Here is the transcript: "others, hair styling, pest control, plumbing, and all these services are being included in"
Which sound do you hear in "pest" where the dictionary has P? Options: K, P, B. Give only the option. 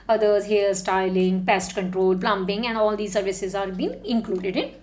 P